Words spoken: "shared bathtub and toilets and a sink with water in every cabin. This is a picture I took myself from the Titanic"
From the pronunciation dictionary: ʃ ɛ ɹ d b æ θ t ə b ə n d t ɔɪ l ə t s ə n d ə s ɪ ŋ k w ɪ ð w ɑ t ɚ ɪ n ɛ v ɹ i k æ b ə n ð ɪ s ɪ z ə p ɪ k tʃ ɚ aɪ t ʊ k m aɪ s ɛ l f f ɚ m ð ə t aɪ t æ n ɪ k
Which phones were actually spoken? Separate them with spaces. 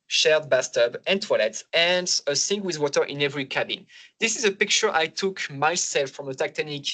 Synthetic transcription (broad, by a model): ʃ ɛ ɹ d b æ s t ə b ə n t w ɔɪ l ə t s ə n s ə s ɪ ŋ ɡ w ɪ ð w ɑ t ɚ ɪ n ɛ v ɹ i k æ b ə n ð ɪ s ɪ z ə p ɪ k tʃ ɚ aɪ t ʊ k m aɪ s ɛ l f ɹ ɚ m ð ə t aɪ t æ n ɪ k